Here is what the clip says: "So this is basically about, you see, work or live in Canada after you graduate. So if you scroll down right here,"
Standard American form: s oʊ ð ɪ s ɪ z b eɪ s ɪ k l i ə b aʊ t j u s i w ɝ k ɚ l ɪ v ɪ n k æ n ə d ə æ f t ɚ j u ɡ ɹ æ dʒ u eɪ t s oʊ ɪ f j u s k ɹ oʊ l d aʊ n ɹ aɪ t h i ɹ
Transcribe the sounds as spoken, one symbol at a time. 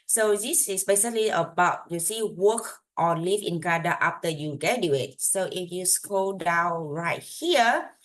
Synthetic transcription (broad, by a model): s oʊ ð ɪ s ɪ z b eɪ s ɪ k l i ə b aʊ t j u s i w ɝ k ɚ l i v ɪ n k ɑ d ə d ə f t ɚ j u ɡ ɛ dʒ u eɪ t s oʊ ɪ f j u s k oʊ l d aʊ n ɹ aɪ t h i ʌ